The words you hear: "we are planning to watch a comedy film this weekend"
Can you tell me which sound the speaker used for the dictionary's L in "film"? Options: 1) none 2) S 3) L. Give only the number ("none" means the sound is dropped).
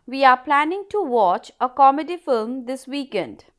3